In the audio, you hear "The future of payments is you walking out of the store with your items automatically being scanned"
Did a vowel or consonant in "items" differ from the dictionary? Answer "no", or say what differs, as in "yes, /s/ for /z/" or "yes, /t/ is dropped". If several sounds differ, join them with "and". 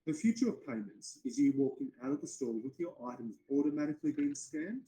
no